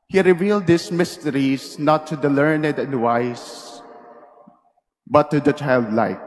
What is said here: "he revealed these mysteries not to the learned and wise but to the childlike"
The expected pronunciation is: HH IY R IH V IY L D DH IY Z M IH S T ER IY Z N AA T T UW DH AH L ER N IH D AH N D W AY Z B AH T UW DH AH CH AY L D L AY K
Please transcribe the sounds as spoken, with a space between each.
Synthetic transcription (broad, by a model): HH IY R IH V IY L D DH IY S M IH S T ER IY S N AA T T UW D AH L ER N IH D AH N D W AY S B AH T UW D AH CH AY L D L AY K